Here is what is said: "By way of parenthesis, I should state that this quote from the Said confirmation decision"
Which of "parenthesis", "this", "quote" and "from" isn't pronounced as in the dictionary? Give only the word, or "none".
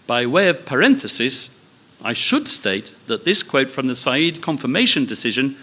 none